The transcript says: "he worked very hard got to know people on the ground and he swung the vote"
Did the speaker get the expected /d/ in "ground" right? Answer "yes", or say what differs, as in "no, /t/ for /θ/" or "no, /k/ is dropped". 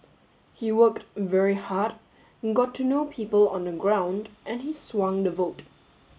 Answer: yes